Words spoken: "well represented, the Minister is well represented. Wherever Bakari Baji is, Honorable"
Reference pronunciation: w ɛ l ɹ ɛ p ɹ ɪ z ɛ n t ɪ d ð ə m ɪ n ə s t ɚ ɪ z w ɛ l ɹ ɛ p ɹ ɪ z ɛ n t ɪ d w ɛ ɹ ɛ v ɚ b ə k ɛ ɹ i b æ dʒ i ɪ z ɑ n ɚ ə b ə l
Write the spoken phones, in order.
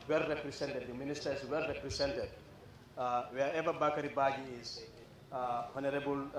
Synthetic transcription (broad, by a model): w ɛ l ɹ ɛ p ɹ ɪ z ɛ n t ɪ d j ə m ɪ n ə s t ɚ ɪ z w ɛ l ɹ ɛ p ɹ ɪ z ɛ n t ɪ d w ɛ ɛ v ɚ b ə k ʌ ɹ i b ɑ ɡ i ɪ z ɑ n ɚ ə b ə l